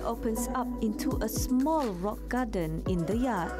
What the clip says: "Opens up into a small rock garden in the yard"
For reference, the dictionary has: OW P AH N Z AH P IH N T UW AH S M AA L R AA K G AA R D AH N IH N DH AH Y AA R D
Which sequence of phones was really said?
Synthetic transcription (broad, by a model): OW P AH N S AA P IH N T UW AH S M AA L R AA K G AA D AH N IH N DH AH Y AA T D